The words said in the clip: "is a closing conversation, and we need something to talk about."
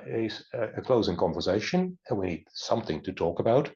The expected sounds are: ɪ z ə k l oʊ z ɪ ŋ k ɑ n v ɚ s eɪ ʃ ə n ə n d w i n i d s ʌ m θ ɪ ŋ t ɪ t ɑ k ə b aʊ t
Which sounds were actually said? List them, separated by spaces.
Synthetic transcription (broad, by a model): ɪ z ə k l oʊ z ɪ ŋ k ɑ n v ɚ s eɪ ʃ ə n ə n w i n i d s ʌ m θ ɪ ŋ t ɪ t ɑ k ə b aʊ t